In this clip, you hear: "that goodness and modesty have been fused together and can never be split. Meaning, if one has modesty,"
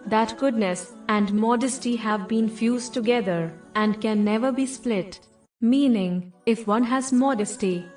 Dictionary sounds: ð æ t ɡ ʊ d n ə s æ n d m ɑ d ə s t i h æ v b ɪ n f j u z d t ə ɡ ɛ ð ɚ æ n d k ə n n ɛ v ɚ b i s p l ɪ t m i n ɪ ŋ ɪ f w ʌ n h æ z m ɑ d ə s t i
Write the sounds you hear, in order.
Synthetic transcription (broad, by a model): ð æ t ɡ ʊ d n ə s æ n d m ɑ d ə s t i h æ v b ɪ n f j u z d t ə ɡ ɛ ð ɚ æ n d k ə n n ɛ v ɚ b i s p l ɪ t m i n ɪ ŋ ɪ f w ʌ n h æ z m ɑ d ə s t i